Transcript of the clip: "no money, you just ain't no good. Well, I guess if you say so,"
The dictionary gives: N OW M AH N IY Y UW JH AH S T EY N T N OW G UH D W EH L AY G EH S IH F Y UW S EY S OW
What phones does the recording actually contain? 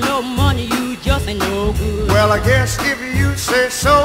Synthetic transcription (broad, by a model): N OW M AH N IY Y UW JH AH S T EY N N OW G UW W EH L AY G EH S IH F Y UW S EY S OW